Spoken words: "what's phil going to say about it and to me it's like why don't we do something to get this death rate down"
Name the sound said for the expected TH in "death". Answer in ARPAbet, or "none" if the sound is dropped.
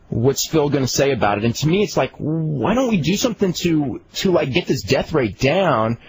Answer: TH